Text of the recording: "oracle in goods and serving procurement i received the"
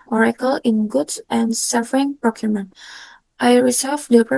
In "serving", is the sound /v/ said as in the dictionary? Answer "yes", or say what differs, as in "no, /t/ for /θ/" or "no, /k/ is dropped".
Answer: no, /v/ is dropped